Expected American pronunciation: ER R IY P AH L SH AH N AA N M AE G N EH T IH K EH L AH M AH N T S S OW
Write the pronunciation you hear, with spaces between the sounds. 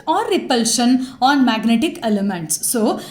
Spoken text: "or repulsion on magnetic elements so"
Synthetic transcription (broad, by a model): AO R IY P AH L SH AH N AA N M AE G N EH T IH K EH L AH M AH N T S S OW